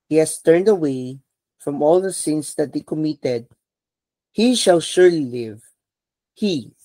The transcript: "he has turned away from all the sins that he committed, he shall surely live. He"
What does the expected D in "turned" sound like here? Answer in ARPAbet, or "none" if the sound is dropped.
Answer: D